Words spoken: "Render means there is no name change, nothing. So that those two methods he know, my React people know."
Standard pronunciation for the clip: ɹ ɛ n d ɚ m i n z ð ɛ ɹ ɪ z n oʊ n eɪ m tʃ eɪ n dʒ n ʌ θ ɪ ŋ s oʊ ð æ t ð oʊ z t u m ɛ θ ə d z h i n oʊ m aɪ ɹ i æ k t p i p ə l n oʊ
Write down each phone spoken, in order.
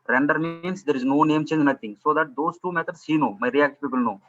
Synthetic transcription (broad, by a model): ɹ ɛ n d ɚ m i n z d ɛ ɹ ɪ z n oʊ n eɪ m tʃ eɪ n dʒ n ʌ t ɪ ŋ s oʊ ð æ t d oʊ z t u m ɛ t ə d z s i n oʊ m aɪ ɹ i æ k t p i p ə l n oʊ